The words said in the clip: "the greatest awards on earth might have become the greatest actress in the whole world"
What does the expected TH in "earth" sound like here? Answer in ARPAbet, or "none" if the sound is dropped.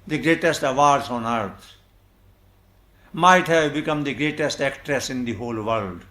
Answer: T